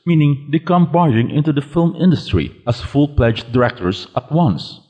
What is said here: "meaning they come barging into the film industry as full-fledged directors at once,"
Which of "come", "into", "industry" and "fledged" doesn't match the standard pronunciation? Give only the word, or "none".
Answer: fledged